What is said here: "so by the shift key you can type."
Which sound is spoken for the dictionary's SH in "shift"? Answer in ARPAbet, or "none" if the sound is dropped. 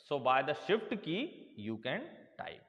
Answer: SH